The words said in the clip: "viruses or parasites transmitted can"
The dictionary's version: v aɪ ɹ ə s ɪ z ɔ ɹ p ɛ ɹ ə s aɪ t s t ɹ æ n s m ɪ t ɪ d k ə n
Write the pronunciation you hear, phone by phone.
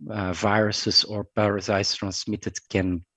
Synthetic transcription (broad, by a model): v aɪ ɹ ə s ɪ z ɔ ɹ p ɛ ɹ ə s aɪ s t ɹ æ n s m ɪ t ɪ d k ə n